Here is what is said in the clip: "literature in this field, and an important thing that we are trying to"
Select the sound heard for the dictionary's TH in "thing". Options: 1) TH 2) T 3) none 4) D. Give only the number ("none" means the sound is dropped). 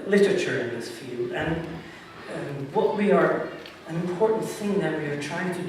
1